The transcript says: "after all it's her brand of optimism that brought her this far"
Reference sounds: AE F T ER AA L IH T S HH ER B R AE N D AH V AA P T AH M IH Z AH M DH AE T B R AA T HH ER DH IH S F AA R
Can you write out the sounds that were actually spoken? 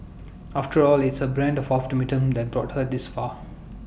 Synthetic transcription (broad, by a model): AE F T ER AA L IH T S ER B R AE N D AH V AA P T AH M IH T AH M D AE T B R AA T HH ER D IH S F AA